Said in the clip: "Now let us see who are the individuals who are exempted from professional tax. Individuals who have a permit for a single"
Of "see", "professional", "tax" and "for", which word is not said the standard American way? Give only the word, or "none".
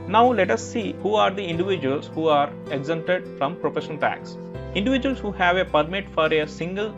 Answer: professional